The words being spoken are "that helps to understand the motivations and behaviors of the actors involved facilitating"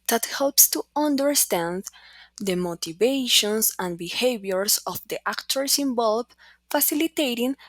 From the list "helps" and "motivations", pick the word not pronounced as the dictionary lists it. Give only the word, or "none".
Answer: motivations